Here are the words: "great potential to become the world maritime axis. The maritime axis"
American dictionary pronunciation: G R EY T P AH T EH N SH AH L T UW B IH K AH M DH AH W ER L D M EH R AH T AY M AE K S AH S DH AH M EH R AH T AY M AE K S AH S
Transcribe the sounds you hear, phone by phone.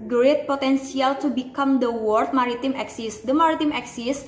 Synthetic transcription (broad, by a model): G R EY T P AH T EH N S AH L T UW B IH K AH M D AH W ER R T M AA R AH T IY M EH K S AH S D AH M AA R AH T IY M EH K S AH S